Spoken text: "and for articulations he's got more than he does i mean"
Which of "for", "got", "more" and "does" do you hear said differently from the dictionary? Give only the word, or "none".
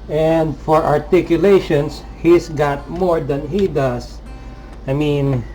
does